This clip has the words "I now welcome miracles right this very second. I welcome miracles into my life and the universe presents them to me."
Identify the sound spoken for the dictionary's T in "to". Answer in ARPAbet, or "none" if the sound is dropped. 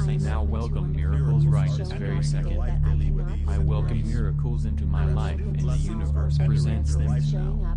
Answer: S